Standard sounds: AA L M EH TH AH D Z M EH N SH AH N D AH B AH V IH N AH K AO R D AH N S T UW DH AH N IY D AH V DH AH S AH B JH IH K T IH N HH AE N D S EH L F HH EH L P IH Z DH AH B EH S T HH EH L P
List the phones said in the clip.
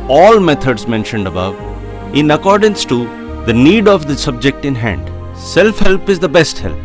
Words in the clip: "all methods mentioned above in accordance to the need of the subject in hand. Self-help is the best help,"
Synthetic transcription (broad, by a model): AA L M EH T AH D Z M EH N SH AH N D AH B AH V IH N AH K AO R D AH N S T UW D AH N IY D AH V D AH S AH B JH IH K T IH N HH AE N D S EH L F HH EH L P IH Z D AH B EH S T HH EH L P